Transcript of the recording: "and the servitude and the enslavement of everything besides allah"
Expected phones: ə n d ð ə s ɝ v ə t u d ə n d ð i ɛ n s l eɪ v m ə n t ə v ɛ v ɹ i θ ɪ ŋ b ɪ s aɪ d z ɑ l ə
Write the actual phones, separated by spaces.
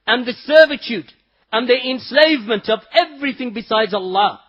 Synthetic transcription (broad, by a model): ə n ð ə s ɝ v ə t u d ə n ð i ɛ n s l eɪ v m ə n t ə v ɛ v ɹ i θ ɪ ŋ b ɪ s aɪ d z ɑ l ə